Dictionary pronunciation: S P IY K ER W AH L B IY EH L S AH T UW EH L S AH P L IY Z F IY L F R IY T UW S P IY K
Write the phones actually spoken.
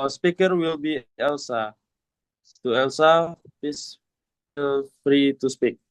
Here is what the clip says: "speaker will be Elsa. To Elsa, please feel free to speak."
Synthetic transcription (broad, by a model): S P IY K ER W AH L B IY EH L S AH T UW EH L S AH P IY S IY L F R IY T UW S P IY K